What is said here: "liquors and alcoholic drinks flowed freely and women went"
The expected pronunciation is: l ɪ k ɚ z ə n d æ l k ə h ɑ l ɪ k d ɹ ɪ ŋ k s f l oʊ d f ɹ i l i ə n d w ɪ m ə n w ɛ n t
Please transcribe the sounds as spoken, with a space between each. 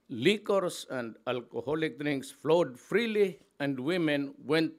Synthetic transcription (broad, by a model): l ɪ k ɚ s ə n d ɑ l k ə h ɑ l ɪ k d ɹ ɪ ŋ k s f l oʊ d f ɹ i l i ə n d w ɪ m ə n w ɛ n t